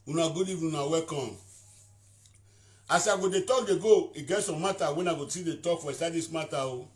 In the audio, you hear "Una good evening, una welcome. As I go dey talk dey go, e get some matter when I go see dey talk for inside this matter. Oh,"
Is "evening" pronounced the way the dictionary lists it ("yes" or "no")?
no